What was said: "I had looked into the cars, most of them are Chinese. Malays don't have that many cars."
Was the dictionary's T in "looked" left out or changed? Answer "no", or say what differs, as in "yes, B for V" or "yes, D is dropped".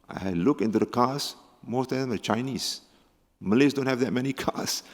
yes, T is dropped